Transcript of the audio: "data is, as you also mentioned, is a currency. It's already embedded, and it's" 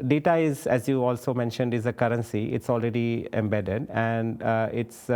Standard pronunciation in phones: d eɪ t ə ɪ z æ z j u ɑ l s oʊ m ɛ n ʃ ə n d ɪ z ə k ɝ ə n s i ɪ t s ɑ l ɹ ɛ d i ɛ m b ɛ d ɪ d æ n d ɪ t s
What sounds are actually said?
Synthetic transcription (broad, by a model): d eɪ t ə ɪ z æ z j u ɑ l s oʊ m ɛ n ʃ ə n d ɪ z ə k ɝ ə n s i ɪ t s ɑ l ɹ ɛ d i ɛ m b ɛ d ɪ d æ n d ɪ t s